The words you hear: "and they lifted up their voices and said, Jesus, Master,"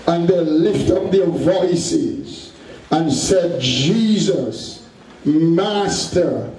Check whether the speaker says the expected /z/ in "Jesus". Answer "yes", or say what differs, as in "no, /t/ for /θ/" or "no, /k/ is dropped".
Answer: yes